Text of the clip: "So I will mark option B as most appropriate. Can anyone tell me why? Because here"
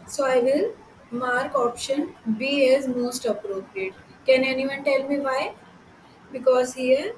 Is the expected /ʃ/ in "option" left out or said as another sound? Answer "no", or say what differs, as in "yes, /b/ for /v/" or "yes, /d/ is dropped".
no